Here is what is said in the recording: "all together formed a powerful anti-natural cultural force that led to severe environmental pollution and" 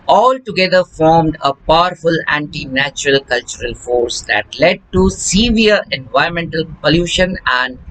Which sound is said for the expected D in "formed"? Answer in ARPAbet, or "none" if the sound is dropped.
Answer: D